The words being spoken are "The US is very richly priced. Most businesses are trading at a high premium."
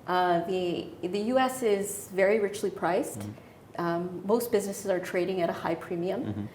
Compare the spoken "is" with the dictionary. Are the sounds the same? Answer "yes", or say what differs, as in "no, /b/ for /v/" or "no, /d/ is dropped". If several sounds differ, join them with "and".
yes